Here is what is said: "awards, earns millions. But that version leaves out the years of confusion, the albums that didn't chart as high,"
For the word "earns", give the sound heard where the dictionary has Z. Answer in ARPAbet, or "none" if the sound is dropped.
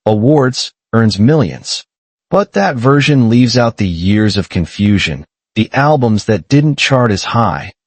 Z